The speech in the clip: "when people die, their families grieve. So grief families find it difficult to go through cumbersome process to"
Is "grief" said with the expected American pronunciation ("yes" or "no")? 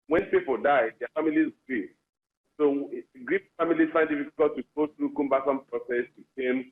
no